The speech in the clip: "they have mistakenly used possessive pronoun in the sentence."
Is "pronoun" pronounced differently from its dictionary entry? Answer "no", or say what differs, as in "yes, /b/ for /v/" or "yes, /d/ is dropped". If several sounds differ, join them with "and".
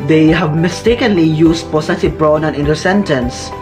yes, /b/ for /p/